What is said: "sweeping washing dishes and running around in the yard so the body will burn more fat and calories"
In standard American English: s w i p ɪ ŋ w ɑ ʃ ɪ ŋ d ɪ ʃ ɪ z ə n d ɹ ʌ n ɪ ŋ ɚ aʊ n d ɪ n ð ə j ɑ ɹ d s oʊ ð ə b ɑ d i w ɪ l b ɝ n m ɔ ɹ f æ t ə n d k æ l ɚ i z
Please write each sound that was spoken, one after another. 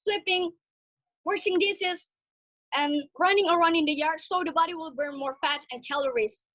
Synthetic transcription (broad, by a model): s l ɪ p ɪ ŋ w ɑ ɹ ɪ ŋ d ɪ s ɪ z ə n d ɹ ʌ n ɪ ŋ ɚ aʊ n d ɪ n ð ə j ɑ ɹ d s oʊ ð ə b ɑ d i w ɪ l b ɝ n m ɔ ɹ f æ t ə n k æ l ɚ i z